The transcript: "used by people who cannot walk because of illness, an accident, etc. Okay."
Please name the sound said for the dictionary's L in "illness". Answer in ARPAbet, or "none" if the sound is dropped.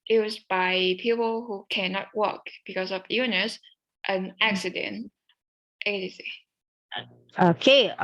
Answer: none